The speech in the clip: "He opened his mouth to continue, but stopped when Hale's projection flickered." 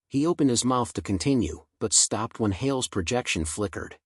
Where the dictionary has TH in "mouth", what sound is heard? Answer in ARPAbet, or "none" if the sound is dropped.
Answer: TH